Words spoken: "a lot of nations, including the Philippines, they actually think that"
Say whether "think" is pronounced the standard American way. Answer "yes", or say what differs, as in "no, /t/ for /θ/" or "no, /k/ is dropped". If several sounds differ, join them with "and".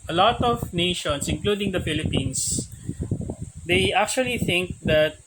yes